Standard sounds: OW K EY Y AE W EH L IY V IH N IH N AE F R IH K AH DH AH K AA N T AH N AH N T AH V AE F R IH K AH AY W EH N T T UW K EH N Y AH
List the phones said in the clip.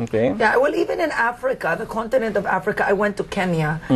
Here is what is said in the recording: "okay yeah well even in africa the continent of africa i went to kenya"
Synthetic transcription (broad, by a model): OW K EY Y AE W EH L IY V IH N IH N AE F R IH K AH DH AH K AA N T AH N AH N T AH V AE F R IH K AH AY W EH N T T UW K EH N Y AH